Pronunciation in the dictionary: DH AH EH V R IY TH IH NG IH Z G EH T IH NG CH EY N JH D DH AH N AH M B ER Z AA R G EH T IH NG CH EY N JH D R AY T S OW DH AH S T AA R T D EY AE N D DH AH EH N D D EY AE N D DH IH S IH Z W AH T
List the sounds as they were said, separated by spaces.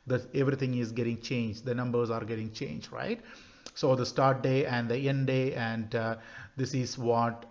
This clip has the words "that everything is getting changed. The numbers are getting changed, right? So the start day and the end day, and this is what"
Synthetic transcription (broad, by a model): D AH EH V R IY T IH NG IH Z G EH T IH NG CH EY N JH D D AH N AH M B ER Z AA R G EH T IH NG CH EY N JH D R AY T S OW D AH S T AA R T D EY AE N D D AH EH N D D EY AE N D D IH S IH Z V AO T